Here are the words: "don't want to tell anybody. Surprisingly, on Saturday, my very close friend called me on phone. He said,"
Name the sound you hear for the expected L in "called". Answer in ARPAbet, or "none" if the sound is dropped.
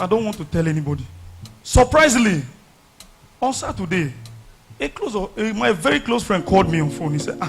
L